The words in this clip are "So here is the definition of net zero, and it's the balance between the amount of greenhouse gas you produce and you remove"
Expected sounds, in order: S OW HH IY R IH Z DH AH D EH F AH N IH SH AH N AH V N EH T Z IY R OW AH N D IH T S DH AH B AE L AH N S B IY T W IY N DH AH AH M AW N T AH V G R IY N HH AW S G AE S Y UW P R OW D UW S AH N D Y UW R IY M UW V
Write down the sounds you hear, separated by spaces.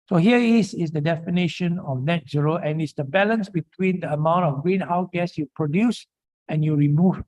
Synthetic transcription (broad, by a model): S OW HH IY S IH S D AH D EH F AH N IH SH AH N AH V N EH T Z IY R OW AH N IH T S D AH B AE L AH N S B IY T W IY N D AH AH M AW N T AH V G R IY N HH AW G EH S Y UW P R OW D UW S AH N Y UW R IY M UW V